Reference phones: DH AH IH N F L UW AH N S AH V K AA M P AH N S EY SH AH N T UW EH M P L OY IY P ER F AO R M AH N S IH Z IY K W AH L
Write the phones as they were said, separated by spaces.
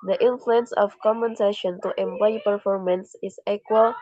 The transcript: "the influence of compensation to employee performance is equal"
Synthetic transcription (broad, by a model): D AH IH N F L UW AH N S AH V K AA M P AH N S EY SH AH N T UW EH M P L OY IY P ER F AO R M AH N S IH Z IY K W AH L